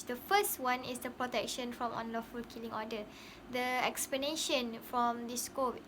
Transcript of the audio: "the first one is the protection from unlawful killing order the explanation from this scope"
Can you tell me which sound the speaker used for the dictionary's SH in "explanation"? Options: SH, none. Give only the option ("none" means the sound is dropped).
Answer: SH